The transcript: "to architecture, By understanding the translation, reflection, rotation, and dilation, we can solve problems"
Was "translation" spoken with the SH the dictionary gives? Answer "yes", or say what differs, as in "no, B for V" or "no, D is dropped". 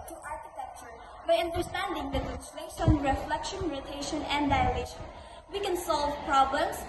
no, S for SH